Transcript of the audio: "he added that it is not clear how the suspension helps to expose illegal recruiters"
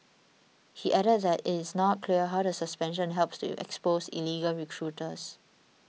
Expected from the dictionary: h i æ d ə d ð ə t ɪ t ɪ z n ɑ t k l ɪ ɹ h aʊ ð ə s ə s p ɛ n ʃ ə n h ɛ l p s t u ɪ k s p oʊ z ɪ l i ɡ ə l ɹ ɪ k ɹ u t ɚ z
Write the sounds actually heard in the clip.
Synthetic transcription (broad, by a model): h i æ d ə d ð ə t ɪ t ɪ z n ɑ t k l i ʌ h aʊ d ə s ə s p ɛ n ʃ ə n h ɛ l p s t u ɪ k s p oʊ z ɪ l i ɡ ə l ɹ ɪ k ɹ u t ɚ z